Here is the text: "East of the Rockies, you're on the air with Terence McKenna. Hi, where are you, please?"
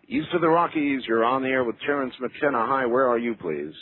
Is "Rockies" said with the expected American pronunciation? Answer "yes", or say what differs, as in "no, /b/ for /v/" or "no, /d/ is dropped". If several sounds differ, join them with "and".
yes